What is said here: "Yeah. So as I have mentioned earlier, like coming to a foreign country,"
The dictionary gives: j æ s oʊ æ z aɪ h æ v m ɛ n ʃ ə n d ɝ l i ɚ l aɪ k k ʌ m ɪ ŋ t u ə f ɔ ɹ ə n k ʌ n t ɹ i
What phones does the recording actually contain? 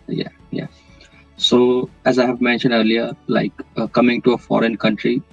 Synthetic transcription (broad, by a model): j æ s oʊ æ z aɪ h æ v m ɛ n ʃ ə n d ɝ l i ɚ l aɪ k k ʌ m ɪ ŋ t u ə f ɔ ɹ ə n k ʌ n t ɹ i